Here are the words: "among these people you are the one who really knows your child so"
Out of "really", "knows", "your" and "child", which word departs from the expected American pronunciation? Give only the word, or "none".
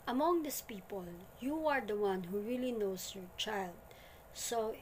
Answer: knows